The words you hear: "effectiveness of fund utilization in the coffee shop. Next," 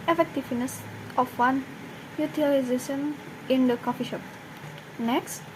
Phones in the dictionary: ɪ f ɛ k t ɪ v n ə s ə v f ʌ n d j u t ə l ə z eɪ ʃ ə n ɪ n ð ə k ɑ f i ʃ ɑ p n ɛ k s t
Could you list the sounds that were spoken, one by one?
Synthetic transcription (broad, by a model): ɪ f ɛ k t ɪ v n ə s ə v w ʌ n j u t ə l ə z eɪ ʃ ə n ɪ n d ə k ɑ f i ʃ ɑ p n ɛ k s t